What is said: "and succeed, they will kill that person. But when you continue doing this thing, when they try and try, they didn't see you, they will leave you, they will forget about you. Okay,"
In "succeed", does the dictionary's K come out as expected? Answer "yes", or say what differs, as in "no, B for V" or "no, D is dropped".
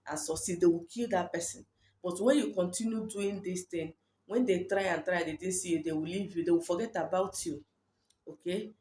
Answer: no, K is dropped